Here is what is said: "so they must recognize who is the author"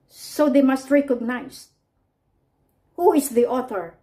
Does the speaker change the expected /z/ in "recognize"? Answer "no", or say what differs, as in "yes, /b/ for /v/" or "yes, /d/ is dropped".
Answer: yes, /s/ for /z/